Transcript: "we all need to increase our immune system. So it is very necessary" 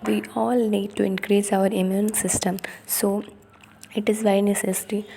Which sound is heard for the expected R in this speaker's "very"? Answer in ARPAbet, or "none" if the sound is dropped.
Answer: none